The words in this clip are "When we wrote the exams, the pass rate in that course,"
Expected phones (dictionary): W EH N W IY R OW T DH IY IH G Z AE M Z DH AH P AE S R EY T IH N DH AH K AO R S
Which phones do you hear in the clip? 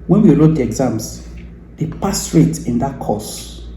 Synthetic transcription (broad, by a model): W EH N W IY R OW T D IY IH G Z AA M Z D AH P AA S R EY T IH N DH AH K AO S